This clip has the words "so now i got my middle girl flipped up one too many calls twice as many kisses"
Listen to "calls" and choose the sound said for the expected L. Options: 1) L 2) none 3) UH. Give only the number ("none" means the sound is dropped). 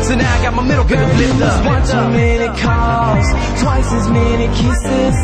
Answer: 2